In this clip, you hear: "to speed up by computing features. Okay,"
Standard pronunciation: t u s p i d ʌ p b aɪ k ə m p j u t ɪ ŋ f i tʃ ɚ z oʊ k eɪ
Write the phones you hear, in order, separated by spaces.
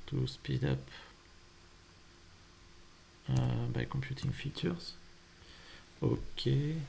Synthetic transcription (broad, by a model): t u s p i d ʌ p b aɪ k ə m p j u t ɪ ŋ f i tʃ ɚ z oʊ k eɪ